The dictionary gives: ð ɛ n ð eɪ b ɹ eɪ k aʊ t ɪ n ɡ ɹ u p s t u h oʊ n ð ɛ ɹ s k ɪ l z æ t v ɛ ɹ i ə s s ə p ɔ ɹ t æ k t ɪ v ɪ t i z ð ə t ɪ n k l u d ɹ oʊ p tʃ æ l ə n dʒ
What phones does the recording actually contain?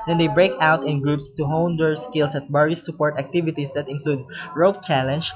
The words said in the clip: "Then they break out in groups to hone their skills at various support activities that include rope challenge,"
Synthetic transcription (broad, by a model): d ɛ n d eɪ b ɹ eɪ k aʊ t ɪ n ɡ ɹ u p s t u h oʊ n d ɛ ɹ s k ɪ l s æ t b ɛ ɹ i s s ə p ɔ ɹ t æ k t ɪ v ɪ t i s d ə t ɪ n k l u d ɹ oʊ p tʃ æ l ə n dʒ